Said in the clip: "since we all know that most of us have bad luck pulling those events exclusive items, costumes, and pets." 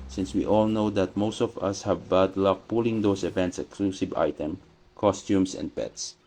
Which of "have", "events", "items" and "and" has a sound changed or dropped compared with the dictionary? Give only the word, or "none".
items